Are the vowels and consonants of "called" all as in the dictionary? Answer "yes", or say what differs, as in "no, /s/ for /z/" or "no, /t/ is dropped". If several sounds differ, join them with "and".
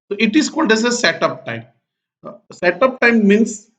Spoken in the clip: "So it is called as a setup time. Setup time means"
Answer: yes